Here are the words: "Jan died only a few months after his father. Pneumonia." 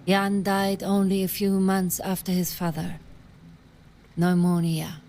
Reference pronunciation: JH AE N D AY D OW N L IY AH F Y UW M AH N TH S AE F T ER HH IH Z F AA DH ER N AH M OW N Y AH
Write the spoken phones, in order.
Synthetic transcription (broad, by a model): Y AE N D AY D OW N L IY AH F Y UW M AH N TH S AE F T ER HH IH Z F AA DH ER N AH M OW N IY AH